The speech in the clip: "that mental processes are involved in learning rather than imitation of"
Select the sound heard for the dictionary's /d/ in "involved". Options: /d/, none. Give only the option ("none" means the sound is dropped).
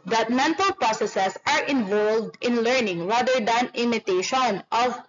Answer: /d/